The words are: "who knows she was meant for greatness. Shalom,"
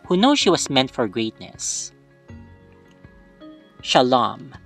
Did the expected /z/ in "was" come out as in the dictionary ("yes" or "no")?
no